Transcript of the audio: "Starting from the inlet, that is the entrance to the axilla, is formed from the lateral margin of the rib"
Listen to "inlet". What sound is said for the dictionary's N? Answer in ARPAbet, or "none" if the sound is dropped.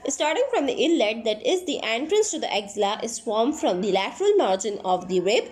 none